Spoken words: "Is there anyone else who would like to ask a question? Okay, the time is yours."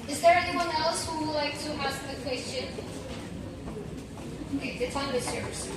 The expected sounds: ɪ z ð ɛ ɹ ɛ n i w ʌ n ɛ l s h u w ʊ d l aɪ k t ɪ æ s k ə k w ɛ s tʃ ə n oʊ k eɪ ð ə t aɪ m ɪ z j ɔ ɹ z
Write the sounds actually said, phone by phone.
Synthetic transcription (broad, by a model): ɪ z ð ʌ ɹ ɛ n i w ʌ n ɛ l s h u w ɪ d l aɪ k t ɪ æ s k ə k w ɛ s tʃ ə n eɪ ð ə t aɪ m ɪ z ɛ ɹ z